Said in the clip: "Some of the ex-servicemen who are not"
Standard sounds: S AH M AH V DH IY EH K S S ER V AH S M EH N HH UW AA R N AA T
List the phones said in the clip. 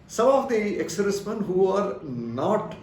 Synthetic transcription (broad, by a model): S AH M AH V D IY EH K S S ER AH S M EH N HH UW AA R N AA T